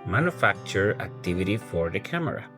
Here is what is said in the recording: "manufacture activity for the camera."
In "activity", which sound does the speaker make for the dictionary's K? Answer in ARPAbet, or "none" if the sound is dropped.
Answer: K